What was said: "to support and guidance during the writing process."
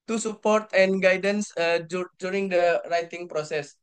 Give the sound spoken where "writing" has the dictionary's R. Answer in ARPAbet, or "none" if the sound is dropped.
R